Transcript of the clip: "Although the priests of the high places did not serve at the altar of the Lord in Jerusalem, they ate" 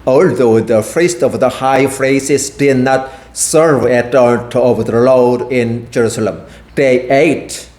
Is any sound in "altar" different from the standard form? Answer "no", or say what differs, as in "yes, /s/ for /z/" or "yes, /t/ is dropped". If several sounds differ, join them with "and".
yes, /l/ is dropped